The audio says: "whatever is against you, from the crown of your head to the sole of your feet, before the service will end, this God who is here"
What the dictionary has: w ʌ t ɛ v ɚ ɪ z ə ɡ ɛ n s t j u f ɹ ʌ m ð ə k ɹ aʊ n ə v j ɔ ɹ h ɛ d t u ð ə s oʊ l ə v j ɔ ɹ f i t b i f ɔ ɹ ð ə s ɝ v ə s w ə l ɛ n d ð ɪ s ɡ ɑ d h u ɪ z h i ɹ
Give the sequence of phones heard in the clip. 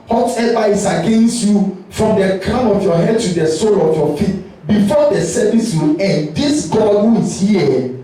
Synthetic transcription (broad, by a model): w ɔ t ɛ v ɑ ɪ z ə ɡ ɛ n s t j u f ɹ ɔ m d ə k aʊ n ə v j ɔ h ɛ d t u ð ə s oʊ l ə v j ɔ f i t b i f ɔ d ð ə s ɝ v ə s w ə l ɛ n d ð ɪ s ɡ ɑ d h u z h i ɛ